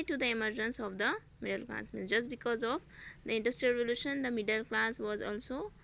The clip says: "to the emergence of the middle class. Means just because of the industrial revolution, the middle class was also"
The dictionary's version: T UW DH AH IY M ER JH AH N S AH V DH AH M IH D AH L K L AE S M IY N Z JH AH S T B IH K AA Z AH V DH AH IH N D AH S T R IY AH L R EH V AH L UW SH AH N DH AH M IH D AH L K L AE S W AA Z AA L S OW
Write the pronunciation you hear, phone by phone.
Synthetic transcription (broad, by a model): T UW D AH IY M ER JH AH N S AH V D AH M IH D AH L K L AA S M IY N JH AH S T B IH K AA Z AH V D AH IH N D AH S T R IY AH L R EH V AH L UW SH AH N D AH M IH D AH L K L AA S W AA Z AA L S OW